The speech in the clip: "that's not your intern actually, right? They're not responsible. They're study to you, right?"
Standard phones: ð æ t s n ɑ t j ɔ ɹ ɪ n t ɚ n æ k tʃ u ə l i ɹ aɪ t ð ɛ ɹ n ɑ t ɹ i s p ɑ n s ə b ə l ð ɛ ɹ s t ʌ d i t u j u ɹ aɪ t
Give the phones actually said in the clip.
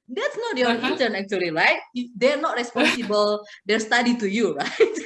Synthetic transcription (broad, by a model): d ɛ t s n ɑ t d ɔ l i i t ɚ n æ k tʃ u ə l i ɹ aɪ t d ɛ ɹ n ɑ t ɹ i s p ɑ n s ə b ə l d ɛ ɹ s t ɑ d i t u j u ɹ aɪ t